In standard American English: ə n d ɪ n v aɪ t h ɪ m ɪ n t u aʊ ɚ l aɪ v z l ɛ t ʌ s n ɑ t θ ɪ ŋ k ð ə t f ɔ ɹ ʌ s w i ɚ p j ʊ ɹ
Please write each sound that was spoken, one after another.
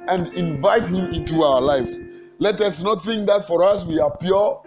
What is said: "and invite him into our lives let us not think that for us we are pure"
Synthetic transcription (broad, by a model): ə n d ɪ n v aɪ t h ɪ m ɪ n t u aʊ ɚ l aɪ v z l ɛ t ʌ s n ɑ t θ ɪ ŋ k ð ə t f ɔ ɹ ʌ s w i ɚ p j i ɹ